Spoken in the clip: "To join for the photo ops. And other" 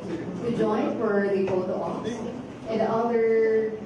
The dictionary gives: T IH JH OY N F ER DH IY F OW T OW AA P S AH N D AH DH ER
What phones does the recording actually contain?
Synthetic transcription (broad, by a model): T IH JH OY N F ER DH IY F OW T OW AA F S AH N D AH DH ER